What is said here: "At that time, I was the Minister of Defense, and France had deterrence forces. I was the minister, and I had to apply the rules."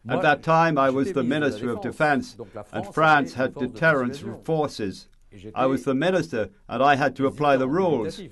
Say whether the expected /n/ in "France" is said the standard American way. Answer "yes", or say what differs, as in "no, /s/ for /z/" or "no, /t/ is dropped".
yes